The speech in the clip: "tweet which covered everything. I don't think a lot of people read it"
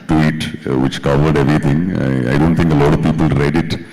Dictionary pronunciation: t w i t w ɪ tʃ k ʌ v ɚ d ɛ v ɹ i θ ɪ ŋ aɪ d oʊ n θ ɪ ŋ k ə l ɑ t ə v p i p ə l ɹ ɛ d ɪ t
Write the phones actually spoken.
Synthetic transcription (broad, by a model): t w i t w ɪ tʃ k ʌ v ɚ d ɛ v ɹ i t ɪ ŋ aɪ d oʊ n t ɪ ŋ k ə l ɑ t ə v p i p ə l ɹ ɛ d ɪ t